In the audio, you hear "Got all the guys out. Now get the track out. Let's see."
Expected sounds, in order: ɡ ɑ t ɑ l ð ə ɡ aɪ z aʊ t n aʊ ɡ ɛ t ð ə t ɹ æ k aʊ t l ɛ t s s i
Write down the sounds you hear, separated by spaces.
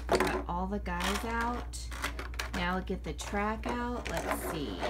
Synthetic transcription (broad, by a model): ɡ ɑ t ɑ l ð ə ɡ aɪ z aʊ t n aʊ ɡ ɛ t ð ə t ɹ æ k aʊ t l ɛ t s s i